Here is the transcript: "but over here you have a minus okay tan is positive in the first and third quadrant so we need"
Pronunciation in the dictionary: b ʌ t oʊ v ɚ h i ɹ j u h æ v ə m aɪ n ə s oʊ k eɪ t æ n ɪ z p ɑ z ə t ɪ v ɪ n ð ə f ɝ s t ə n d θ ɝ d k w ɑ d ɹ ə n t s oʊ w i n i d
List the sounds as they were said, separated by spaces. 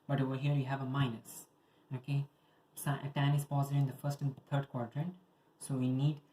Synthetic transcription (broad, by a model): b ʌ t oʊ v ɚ h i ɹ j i h æ v ə m aɪ n ə s oʊ k eɪ t æ n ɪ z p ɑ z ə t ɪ ɪ n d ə f ɝ s t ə n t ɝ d k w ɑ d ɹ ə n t s oʊ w i n i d